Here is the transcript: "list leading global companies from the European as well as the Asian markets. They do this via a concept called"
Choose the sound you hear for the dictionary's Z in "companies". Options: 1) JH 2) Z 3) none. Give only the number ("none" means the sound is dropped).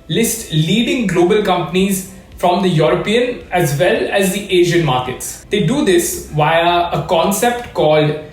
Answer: 2